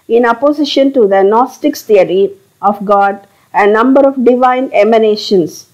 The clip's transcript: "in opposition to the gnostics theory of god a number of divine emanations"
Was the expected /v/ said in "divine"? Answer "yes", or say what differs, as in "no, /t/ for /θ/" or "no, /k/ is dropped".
yes